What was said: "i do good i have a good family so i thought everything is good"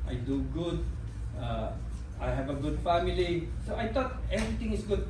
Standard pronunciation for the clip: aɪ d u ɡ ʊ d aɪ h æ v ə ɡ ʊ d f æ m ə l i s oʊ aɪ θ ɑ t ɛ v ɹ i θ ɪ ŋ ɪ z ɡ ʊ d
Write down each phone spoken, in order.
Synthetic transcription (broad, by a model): aɪ d u ɡ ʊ d aɪ h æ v ə ɡ ʊ d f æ m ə l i s oʊ aɪ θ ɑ t ɛ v ɹ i t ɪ ŋ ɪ s ɡ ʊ d